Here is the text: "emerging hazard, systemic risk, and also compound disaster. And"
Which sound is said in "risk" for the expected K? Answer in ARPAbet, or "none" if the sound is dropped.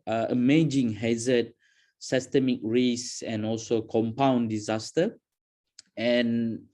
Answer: none